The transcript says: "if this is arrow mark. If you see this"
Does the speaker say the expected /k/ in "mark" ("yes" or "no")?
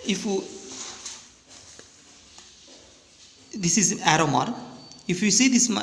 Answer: no